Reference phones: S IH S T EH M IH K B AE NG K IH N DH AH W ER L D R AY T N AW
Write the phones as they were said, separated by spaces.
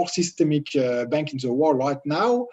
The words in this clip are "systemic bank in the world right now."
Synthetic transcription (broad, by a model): S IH S T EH M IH K B AE NG K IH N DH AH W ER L R AY T N AW